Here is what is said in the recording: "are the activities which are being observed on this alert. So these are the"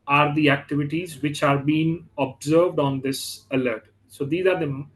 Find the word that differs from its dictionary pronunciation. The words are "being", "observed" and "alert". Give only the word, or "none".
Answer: none